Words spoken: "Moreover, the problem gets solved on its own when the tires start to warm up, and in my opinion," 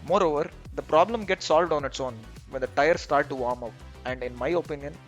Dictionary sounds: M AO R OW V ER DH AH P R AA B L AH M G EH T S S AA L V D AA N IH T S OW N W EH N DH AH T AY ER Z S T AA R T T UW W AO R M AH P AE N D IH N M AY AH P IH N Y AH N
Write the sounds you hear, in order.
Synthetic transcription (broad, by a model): M AO R OW V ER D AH P R AA B L AH M G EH T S S AA L V D AA N IH T S OW N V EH N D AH T AY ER S T AA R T T UW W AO R M AH P AE N D IH N M AY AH P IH N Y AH N